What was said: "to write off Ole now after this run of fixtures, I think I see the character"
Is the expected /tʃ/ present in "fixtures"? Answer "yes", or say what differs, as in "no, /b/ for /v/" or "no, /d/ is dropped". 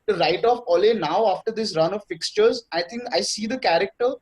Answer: yes